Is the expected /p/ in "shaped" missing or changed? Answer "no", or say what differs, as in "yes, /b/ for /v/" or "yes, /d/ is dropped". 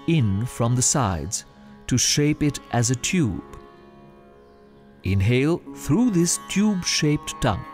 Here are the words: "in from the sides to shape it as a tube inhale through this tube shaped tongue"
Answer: no